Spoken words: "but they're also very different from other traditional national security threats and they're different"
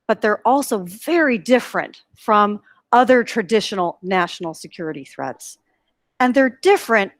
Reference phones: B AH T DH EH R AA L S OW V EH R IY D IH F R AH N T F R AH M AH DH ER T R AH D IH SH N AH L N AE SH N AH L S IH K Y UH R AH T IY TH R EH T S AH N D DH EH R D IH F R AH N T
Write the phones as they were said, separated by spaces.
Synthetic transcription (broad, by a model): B AH T DH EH R AA L S OW V EH R IY D IH F R AH N T F R AH M AH DH ER T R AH D IH SH N L N AE SH N L S IH K Y UH R AH T IY TH R EH T S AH N DH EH R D IH F R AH N T